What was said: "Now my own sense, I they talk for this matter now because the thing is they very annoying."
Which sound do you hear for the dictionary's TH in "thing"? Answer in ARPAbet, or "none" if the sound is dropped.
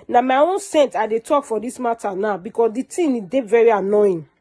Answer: T